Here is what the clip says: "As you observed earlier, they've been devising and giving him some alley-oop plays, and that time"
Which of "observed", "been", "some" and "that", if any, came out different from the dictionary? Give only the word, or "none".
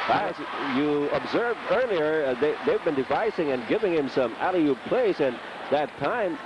none